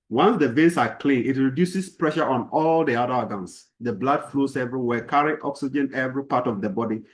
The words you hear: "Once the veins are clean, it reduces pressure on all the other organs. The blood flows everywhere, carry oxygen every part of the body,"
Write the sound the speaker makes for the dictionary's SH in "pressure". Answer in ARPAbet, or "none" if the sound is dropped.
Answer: SH